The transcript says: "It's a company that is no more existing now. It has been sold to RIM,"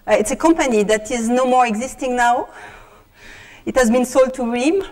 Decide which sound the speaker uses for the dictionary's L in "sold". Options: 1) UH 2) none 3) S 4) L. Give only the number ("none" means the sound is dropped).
4